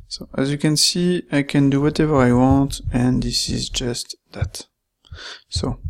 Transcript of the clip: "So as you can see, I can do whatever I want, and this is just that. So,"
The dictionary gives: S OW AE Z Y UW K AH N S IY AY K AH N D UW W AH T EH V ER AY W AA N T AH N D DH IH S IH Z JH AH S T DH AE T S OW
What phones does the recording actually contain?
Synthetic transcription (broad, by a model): S OW AE Z Y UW K AH N S IY AY K AH N D UW W AH T EH V ER AY W AA N T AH N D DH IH S IH Z JH AH S T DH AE T S OW